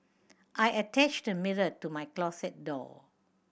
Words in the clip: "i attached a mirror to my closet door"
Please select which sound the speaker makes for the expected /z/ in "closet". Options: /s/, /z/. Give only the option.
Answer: /s/